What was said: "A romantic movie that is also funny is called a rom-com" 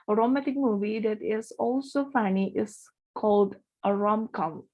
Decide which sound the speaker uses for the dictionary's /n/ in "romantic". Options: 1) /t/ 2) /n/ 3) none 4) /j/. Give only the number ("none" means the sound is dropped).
3